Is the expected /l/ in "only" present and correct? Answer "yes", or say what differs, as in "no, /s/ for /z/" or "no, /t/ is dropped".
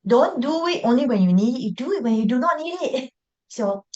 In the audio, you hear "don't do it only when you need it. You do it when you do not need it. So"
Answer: yes